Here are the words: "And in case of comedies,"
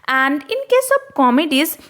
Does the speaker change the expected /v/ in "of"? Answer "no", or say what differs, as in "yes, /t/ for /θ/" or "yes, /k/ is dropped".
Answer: yes, /b/ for /v/